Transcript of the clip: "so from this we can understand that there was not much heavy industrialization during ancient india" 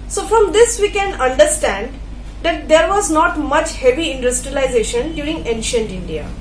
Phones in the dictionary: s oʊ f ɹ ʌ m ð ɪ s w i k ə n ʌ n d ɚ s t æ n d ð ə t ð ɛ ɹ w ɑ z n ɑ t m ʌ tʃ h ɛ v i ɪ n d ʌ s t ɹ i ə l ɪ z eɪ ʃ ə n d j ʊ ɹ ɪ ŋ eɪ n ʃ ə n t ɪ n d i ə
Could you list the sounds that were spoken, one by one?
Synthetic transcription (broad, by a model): s oʊ f ɹ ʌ m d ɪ s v i k ə n ʌ n d ɚ s t æ n d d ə t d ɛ ɹ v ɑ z n ɑ t m ʌ tʃ h ɛ v i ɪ n d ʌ s t ɹ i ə l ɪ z eɪ ʃ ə n d j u ɹ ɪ ŋ eɪ n ʃ ə n t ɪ n d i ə